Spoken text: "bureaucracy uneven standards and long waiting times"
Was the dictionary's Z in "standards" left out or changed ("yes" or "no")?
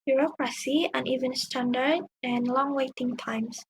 yes